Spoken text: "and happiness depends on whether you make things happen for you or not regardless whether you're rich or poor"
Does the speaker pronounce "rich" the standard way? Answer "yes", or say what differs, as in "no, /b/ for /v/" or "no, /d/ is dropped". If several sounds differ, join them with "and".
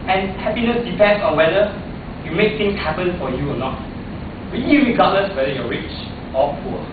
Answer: yes